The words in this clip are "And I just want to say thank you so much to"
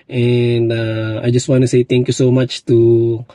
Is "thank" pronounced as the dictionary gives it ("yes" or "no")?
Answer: no